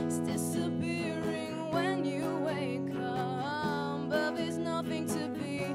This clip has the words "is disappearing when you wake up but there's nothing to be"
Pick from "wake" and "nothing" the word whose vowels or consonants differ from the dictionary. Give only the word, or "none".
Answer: none